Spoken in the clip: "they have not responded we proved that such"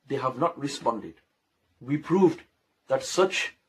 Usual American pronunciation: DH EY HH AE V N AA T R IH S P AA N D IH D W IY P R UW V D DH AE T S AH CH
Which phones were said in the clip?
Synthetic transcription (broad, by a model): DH EY HH AE V N AA T R IH S P AA N D IH D W IY P R UW V D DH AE T S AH CH